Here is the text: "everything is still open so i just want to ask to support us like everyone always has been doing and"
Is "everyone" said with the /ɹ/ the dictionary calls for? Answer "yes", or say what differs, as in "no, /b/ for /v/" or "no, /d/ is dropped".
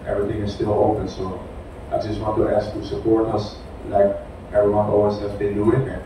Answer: yes